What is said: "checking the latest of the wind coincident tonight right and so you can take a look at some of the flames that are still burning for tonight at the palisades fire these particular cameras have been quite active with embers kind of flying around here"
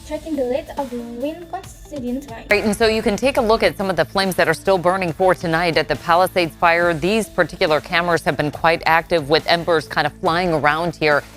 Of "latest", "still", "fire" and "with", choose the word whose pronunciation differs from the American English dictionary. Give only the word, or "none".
latest